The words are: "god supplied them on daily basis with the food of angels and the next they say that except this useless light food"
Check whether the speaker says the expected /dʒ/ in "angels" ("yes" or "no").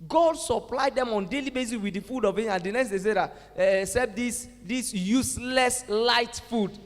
no